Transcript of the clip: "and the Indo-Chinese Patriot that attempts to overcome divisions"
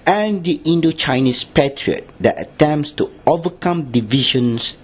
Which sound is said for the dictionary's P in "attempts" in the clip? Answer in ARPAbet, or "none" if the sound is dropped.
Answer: P